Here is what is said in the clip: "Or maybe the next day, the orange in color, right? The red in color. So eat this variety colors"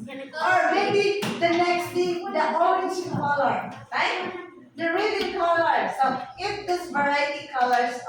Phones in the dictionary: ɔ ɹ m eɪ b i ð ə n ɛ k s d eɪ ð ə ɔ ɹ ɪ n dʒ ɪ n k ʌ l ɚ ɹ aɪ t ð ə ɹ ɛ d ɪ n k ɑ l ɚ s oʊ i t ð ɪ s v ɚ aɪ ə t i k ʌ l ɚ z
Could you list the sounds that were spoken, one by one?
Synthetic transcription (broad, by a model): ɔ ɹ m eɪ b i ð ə n ɛ k s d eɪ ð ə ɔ ɪ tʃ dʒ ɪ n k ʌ l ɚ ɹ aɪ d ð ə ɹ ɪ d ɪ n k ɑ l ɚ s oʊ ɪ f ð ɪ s v ɚ aɪ ə t i k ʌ l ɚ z